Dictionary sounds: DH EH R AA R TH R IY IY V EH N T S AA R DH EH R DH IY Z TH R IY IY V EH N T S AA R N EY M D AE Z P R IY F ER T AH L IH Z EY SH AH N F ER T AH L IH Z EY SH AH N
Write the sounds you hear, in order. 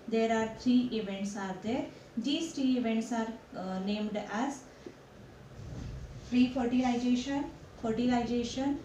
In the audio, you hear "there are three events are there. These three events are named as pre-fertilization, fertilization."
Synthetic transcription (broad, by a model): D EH R AA R T R IY IY V EH N T S AA R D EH R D IY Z T R IY IY V EH N T S AA R N EY M D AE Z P R IY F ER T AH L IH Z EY SH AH N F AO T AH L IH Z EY SH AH N